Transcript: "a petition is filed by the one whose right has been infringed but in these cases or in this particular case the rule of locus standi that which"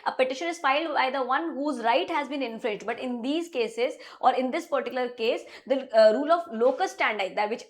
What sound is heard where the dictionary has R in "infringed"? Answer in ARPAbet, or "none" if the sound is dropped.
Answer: L